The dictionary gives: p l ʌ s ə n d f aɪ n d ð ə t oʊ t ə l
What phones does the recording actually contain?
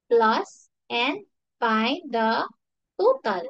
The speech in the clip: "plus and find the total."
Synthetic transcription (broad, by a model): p l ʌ s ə n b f aɪ d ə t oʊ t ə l